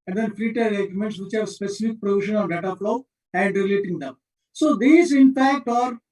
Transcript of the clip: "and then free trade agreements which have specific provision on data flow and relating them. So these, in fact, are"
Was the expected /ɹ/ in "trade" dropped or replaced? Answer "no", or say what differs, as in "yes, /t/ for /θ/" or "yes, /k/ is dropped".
yes, /ɹ/ is dropped